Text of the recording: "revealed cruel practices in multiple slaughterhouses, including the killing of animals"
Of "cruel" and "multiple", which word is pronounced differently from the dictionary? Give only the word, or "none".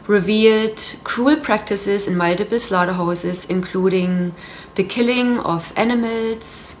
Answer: multiple